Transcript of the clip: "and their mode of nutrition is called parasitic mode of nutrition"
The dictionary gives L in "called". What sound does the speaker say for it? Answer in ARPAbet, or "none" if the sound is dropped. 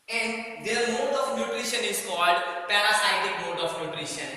L